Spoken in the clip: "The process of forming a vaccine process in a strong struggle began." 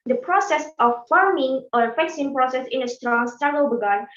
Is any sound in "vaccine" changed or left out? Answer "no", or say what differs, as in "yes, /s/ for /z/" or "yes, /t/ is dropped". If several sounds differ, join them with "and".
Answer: yes, /f/ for /v/